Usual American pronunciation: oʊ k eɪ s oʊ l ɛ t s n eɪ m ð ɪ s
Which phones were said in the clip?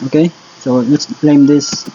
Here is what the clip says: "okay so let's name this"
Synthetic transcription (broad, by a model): oʊ k eɪ s oʊ l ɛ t s l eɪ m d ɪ s